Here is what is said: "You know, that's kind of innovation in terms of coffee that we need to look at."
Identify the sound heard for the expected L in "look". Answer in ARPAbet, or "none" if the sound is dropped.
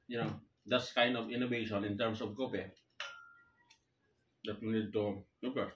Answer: N